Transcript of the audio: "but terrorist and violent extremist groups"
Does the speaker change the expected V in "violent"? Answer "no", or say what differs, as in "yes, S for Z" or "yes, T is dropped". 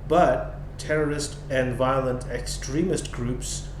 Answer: no